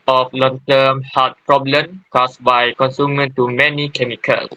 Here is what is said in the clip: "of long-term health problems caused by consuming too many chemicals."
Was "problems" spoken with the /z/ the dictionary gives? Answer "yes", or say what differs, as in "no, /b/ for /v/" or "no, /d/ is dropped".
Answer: no, /z/ is dropped